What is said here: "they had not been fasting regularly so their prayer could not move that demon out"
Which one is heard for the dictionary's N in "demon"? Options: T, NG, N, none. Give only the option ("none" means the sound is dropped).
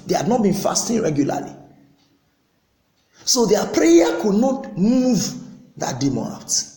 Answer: none